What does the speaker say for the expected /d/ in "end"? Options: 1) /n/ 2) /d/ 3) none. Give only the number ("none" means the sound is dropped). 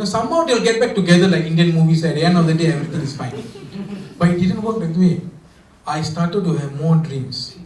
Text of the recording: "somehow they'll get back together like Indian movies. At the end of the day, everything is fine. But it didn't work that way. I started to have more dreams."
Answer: 3